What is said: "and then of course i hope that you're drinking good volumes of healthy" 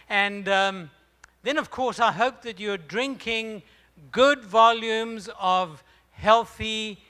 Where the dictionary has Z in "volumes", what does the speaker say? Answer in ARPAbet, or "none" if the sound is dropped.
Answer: Z